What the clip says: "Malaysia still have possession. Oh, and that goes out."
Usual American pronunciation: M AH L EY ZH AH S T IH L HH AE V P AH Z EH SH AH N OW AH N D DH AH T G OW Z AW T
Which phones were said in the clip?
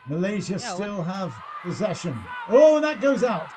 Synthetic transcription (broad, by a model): M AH L EY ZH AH S T IH L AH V P AH Z EH SH AH N OW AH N DH AH T G OW Z AW T